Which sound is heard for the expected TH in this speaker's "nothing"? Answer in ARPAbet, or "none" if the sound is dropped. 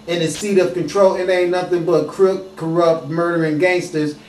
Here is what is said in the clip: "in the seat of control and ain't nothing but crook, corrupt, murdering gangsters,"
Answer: TH